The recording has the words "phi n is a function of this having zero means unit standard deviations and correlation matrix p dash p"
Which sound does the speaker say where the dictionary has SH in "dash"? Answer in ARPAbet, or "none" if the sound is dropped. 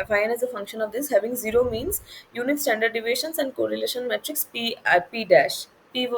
SH